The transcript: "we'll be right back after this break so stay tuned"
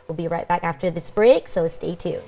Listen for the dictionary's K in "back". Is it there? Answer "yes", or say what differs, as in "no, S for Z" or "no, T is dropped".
yes